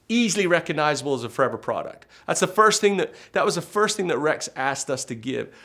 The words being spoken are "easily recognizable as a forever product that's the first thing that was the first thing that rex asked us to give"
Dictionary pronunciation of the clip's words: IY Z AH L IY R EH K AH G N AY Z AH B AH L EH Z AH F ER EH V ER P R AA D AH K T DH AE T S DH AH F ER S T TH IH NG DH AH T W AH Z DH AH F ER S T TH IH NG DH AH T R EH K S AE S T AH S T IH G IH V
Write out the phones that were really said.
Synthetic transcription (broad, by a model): IY Z L IY R EH K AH G N AY Z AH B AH L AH Z AH F ER EH V ER P R AA D AH K T DH AE T S DH AH F ER S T TH IH NG DH AH T W AH Z DH AH F ER S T TH IH NG DH AH T R EH K S AE S T AH S T IH G IH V